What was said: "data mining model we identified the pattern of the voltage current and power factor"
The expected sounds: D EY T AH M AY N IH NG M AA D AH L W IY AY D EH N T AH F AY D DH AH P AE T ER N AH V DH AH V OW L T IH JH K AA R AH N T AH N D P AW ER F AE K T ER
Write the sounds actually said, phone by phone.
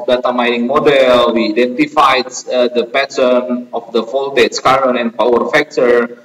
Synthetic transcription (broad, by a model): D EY T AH M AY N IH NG M AA D AH L W IY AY D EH N T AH F AY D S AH P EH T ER N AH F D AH F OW L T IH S K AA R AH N AH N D P AW ER F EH K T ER